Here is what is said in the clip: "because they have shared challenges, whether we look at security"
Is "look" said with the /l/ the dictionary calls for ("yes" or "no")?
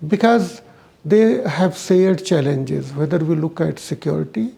yes